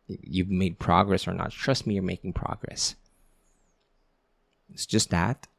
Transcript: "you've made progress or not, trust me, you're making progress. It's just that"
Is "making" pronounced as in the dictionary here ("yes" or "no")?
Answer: yes